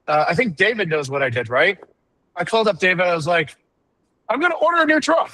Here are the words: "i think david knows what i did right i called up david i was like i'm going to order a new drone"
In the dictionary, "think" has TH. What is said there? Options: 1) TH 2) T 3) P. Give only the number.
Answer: 1